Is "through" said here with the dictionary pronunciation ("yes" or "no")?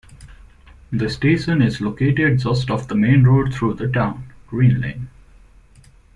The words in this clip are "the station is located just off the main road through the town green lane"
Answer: no